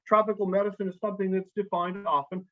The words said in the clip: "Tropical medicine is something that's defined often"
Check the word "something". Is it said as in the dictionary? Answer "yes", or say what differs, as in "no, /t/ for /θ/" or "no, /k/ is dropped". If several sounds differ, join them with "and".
yes